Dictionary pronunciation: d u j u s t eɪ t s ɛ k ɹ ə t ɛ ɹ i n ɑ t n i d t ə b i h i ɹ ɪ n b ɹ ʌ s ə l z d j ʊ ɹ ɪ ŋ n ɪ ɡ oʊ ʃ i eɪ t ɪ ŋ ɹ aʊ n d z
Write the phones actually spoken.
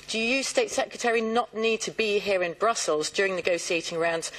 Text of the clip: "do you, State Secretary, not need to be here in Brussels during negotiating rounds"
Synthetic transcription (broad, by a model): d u j u s t eɪ t s ɛ k ɹ ə t ɛ ɹ i n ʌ t n i d t ə b i h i ɹ ɪ n b ɹ ʌ s ə l z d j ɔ ɹ ɪ ŋ n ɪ ɡ oʊ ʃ i eɪ t ɪ ŋ ɹ aʊ n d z